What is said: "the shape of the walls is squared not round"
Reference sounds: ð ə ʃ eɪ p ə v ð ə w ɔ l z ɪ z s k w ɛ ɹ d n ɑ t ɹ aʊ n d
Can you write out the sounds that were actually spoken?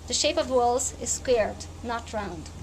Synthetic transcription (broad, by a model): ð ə ʃ eɪ p ə v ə w ɔ l z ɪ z s k w ɛ ɹ d n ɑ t ɹ aʊ n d